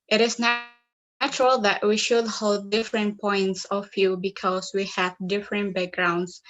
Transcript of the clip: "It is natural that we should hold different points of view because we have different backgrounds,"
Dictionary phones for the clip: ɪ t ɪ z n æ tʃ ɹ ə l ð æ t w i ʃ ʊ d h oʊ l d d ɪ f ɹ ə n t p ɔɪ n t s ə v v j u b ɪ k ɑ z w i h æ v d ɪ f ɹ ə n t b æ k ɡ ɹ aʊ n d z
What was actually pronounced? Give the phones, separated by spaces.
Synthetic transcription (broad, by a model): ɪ t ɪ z n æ tʃ ɹ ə l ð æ t w i ʃ ʊ d h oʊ l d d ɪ f ɹ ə n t p ɔɪ n t s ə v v j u b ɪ k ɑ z w i h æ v d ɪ f ɹ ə n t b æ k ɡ ɹ aʊ n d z